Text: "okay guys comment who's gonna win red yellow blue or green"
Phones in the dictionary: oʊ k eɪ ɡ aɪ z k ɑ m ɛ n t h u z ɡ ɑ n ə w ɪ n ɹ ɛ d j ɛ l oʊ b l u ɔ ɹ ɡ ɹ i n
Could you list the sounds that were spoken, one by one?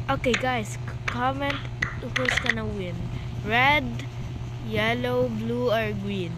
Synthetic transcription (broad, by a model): oʊ k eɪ ɡ aɪ s k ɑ m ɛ n t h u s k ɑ n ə w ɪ n ɹ ɛ d j ɛ l oʊ b l u ɔ ɹ ɡ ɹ i n